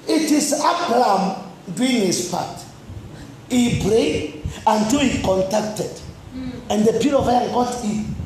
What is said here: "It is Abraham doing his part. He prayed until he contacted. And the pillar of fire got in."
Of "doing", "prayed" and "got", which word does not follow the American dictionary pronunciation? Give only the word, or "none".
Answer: prayed